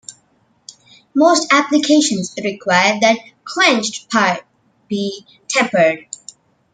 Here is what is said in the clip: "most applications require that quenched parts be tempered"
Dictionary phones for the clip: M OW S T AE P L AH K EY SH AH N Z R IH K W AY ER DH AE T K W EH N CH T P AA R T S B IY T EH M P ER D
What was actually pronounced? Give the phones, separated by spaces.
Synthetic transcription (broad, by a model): M OW S T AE P L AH K EY SH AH N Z R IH K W AY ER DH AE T K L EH N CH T P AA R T B IY T EH M P ER D